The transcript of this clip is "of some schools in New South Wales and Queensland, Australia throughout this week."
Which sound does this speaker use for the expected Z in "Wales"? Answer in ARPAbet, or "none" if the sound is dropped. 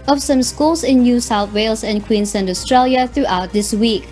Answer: S